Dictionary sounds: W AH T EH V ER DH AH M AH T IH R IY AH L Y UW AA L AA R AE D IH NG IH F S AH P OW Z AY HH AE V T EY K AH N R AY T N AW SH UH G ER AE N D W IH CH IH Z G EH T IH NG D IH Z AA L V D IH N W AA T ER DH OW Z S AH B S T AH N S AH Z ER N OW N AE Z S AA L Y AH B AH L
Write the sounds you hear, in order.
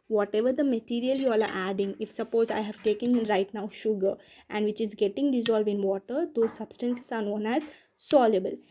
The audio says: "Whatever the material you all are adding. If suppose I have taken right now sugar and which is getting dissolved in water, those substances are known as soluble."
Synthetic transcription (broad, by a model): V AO T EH V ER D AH M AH T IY R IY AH L Y UW AA L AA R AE D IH NG IH F S AH P OW Z AY HH AE V T EY K AH N R AY T N AW SH UH G ER AE N D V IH CH IH Z G EH T IH NG D IH Z AA L V D IH N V AA T ER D OW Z S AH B S T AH N S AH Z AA N OW N AE Z S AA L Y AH B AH L